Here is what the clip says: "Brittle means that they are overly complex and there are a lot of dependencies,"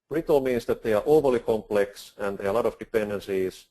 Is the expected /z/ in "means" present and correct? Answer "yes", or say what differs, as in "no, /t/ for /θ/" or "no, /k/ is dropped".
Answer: no, /s/ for /z/